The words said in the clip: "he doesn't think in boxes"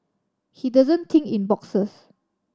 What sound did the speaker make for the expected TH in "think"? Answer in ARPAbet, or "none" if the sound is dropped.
T